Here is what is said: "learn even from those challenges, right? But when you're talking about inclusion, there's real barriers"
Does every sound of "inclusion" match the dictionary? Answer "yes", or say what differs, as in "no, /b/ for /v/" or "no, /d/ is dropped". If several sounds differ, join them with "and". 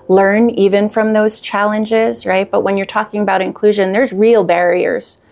yes